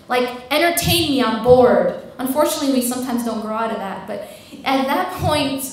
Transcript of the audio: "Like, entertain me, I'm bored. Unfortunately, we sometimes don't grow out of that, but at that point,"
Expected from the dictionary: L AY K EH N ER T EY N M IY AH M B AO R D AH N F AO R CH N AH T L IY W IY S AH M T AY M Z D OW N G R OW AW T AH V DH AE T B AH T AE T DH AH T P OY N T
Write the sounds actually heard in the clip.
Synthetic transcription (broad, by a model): L AY K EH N ER T EY N M IY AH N B AO R D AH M F AO R CH N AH T L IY W IY S AH M T AY M Z D OW N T R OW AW T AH DH AE T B AH T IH T DH AH T P OY N T